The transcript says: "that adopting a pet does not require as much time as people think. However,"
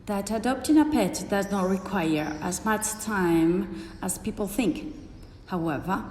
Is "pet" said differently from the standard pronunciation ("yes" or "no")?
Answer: no